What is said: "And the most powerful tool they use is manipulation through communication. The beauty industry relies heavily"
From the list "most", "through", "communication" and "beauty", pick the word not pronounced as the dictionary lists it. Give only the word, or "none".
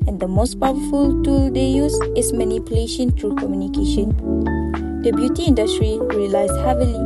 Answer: through